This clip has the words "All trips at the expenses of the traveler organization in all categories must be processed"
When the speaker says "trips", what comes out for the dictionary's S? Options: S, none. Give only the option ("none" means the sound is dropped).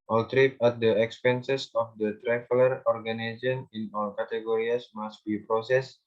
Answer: none